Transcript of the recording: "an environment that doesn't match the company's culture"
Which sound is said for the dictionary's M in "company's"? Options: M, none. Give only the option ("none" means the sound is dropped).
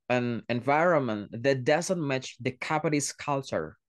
none